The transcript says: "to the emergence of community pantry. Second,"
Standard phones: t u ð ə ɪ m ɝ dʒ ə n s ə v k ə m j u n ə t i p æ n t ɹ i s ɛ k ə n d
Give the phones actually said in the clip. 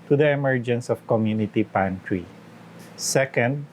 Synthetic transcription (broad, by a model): t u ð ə ɪ m ɝ dʒ ə n s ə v k ə m j u n ə t i p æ n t ɹ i s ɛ k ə n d